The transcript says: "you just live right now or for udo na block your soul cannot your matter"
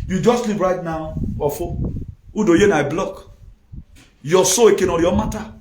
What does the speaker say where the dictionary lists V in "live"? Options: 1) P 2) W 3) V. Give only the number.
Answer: 1